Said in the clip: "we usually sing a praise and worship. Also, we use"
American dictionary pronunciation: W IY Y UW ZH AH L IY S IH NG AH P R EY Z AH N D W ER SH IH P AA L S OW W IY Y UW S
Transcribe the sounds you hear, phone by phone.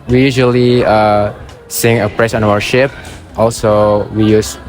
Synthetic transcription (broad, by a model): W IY Y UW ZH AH L IY S IH NG AH P R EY S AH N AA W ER SH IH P AA L S OW W IY Y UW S